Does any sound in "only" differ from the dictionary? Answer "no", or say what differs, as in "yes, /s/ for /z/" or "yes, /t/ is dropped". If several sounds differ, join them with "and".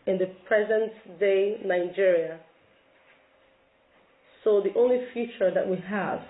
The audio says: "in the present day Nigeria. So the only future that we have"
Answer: no